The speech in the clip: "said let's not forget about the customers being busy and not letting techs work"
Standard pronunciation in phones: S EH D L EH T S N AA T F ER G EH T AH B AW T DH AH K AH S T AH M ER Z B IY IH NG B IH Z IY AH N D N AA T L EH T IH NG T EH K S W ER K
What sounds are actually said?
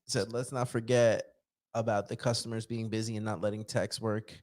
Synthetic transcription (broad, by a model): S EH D L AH T S N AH T F ER G EH T AH B AW T DH AH K AH S T AH M ER Z B IY IH NG B IH Z IY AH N N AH T L EH T IH NG T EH K S W ER K